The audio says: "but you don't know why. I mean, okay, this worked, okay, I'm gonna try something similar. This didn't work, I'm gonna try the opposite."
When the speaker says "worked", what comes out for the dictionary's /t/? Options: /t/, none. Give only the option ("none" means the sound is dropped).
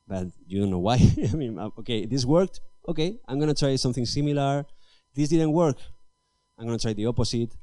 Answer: /t/